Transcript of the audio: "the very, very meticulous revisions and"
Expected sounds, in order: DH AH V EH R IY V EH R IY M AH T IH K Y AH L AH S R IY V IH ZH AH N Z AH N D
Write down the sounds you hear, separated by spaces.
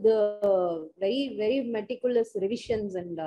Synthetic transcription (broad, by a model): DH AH V EH R IY V EH R IY M AH T IH K Y AH L AH S R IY V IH SH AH N S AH N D